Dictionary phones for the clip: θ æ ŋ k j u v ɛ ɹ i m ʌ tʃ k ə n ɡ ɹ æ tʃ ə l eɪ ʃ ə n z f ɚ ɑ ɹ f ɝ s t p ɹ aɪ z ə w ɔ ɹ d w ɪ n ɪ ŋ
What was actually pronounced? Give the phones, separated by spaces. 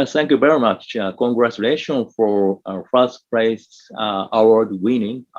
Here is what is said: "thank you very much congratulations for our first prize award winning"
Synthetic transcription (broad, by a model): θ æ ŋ k j u v ɛ ɹ i m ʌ tʃ k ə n ɡ ɹ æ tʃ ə l eɪ ʃ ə n f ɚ ɑ ɹ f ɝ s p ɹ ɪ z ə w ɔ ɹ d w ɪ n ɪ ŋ